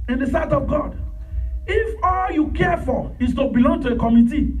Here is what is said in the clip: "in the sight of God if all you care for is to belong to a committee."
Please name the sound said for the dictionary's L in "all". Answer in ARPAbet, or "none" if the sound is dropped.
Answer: L